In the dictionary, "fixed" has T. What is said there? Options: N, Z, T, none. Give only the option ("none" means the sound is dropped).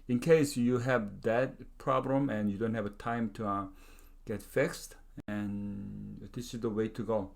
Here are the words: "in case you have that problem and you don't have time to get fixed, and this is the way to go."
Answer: T